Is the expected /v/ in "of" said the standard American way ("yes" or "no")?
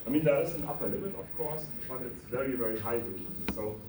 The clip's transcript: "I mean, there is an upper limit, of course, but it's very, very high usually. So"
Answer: no